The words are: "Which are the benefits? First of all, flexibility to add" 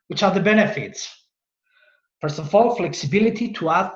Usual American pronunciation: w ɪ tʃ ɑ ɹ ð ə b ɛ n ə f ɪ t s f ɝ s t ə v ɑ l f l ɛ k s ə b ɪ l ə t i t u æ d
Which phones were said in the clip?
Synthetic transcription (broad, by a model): w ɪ tʃ ɑ ɹ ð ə b ɛ n ə f ɪ t s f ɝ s ə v ɑ l f l ɛ k s ə b ɪ l ə t i t u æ